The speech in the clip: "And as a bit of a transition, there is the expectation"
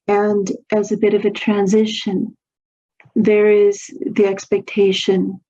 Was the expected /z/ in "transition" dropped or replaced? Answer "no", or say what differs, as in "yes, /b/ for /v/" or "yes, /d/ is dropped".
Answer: no